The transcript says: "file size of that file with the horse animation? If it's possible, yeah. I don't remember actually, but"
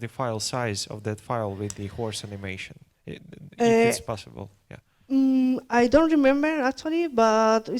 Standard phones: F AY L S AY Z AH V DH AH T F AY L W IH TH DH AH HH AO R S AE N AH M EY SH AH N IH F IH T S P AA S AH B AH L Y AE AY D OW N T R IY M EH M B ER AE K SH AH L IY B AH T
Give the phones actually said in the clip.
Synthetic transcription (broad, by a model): F AY L S AY Z AH V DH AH T F AY L W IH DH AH HH AO R S AE N AH M EY SH AH N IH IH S P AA S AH B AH L Y AE AY D OW N T R IY M EH M B ER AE K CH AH L IY B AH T